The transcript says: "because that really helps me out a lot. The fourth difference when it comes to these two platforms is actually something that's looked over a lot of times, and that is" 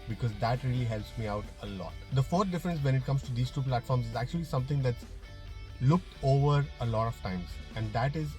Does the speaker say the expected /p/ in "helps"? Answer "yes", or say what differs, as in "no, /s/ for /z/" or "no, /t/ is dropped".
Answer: yes